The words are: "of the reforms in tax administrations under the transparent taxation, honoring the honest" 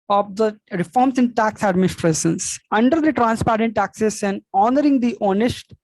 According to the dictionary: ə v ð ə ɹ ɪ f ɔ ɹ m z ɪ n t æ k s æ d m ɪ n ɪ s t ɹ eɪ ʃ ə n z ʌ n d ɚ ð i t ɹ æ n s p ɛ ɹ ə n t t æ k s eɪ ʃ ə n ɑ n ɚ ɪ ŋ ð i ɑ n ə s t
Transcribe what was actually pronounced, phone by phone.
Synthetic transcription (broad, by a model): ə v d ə ɹ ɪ f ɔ ɹ m s ɪ n t æ k s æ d m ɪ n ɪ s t ɹ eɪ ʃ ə n s ʌ n d ɚ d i t ɹ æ n s p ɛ ɹ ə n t t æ k s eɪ s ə n ɑ n ɚ ɪ ŋ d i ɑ n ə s t